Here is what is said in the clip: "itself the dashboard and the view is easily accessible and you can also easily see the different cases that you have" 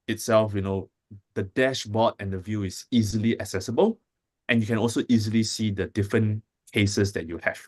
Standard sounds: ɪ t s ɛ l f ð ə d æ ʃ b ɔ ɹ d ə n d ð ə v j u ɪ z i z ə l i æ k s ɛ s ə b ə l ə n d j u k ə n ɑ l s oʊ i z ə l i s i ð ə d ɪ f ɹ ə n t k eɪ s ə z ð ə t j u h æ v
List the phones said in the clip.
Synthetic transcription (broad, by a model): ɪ t s ɛ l f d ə d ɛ ʃ b ɔ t ə n d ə v j u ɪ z i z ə l i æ k s ɛ s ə b ə l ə n j u k ə n ɑ l s oʊ i z ə l i s i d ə d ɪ f ɹ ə n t k eɪ s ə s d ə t j u h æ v